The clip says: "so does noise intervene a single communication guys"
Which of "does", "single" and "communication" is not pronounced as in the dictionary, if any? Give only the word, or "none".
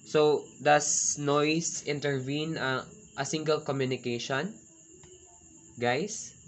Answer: does